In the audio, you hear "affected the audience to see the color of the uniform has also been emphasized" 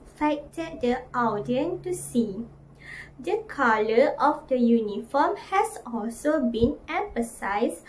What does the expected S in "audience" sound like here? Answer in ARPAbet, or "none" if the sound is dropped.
none